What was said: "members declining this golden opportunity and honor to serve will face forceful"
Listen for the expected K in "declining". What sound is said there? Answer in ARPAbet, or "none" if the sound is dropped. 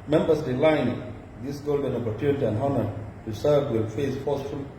none